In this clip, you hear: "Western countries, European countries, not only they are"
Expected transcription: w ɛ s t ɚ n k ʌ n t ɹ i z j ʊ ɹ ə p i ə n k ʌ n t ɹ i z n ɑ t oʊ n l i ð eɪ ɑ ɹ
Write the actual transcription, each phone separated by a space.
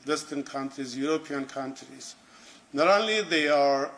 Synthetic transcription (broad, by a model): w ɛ s t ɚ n k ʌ n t ɹ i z j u ɹ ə p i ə n k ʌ n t ɹ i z n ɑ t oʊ l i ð eɪ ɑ ɹ